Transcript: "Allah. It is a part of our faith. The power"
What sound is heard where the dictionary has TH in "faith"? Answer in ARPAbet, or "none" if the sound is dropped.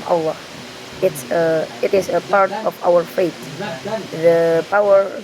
T